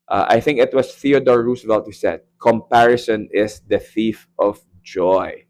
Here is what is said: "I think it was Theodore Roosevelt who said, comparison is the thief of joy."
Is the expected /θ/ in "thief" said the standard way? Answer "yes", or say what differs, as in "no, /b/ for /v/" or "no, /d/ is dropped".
yes